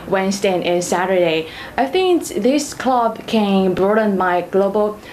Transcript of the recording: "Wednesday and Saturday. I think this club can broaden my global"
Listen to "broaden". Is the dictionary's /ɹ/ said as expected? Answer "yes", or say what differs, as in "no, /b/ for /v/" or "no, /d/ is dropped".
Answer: yes